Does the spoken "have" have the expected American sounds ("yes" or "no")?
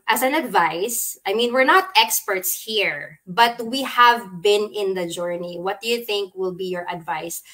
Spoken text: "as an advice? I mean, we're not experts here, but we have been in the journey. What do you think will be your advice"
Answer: yes